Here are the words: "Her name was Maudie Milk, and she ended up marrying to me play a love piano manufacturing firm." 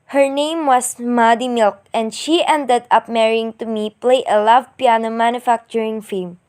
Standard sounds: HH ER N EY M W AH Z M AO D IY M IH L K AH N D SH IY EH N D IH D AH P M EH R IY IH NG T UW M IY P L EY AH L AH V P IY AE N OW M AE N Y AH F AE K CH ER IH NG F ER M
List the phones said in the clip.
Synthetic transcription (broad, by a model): HH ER N EY M W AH S M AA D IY M IH L K AH N D SH IY EH N D IH D AH P M EH R IY IH NG T UW M IY P L EY AH L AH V P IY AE N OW M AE N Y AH F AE K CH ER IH NG F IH M